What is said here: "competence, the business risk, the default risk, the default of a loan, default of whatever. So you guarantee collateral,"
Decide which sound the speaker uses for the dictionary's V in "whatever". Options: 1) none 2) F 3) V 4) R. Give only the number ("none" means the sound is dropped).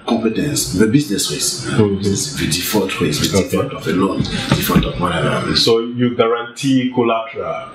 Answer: 1